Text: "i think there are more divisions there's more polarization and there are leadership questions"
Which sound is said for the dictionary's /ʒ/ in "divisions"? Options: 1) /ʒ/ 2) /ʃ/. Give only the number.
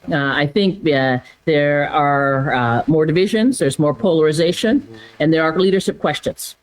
1